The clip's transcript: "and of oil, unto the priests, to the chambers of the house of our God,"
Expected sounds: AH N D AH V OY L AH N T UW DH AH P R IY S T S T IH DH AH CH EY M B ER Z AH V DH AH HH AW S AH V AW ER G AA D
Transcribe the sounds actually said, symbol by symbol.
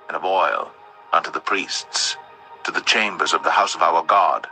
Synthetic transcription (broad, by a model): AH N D AH V OY L AH N T UW DH AH P R IY S T S T IH DH AH CH EY M B ER Z AH V DH AH HH AW S AH V AW ER G AA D